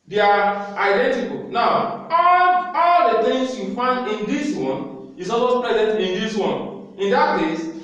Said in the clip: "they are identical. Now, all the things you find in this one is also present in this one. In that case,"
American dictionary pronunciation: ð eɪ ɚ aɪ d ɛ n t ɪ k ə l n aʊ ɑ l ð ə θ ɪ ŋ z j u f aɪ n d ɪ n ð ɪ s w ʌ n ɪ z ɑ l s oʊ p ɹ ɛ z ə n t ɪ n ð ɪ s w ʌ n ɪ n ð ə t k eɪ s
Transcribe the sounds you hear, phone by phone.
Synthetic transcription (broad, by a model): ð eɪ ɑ aɪ d ɛ n t ɪ k ə l n aʊ ɑ l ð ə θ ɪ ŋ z j u f aɪ n d ɪ n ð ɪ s w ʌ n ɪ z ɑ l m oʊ p ɹ ɛ z ə n t ɪ n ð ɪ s w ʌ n ɪ n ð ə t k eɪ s